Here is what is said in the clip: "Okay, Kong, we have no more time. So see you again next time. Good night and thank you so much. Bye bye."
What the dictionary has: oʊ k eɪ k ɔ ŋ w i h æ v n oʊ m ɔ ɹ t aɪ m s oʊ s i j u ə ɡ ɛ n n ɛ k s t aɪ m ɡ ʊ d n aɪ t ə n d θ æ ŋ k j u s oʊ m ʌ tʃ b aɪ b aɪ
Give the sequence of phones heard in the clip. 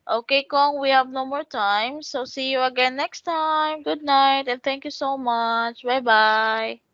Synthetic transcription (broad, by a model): oʊ k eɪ k ɔ ŋ w i h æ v n oʊ m ɔ ɹ t aɪ m s oʊ s i j u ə ɡ ɛ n n ɛ k s t aɪ m ɡ ʊ d n aɪ t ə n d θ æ ŋ k j u s oʊ m ʌ tʃ b aɪ b aɪ